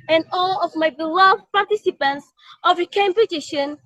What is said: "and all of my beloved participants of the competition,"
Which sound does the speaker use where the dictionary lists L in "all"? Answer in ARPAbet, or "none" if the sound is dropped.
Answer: L